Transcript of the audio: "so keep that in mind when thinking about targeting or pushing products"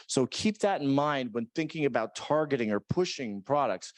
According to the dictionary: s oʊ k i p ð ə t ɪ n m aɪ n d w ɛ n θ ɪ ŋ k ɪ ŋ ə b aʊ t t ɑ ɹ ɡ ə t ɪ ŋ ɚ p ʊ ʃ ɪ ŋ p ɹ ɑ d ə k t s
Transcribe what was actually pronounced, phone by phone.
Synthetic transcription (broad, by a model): s oʊ k i p ð ə t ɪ n m aɪ n d w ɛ n θ ɪ ŋ k ɪ ŋ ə b aʊ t t ɑ ɹ ɡ ə t ɪ ŋ ɚ p ʊ ʃ ɪ ŋ p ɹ ɑ d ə k t s